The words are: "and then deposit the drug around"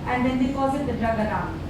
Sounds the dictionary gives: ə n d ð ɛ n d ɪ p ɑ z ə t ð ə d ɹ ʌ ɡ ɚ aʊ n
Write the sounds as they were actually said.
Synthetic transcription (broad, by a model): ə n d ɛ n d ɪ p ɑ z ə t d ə d ɹ ʌ ɡ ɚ aʊ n